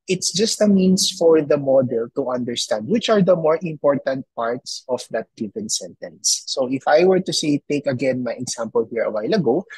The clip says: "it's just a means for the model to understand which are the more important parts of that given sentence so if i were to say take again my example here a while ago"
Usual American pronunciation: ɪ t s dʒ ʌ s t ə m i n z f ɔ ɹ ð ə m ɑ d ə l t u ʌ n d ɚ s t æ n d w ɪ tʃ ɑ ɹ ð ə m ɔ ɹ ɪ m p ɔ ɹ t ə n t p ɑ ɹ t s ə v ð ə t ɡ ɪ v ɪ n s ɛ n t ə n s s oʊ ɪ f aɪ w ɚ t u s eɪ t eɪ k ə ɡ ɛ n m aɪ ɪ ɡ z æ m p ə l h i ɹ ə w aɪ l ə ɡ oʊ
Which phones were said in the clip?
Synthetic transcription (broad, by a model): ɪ t s dʒ ʌ s t ə m i n s f ɔ ɹ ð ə m ɑ d ə l t u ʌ n d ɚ s t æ n d w ɪ tʃ ɑ ɹ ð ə m ɔ ɹ ɪ m p ɔ ɹ t ə n t p ɑ ɹ t s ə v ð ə t ɡ ɪ v ɪ n s ɛ n t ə n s s oʊ ɪ f aɪ w ɚ t u s eɪ t eɪ k ə ɡ ɛ n m aɪ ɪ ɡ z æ m p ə l h i ɹ ə w aɪ l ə ɡ oʊ